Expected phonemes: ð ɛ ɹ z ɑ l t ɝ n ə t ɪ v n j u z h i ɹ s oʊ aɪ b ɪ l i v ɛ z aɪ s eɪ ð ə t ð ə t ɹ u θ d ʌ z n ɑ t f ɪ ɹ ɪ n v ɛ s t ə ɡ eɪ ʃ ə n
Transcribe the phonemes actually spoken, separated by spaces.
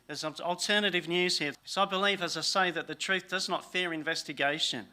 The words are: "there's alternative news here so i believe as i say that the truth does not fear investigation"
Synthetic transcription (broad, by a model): ð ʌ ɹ z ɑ l t ɝ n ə t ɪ v n j u z h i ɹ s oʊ aɪ b ɪ l i v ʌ z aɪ s eɪ ð ə t ð ə t ɹ u θ d ʌ z n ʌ t f ɪ ɹ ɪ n v ɛ s t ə ɡ eɪ ʃ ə n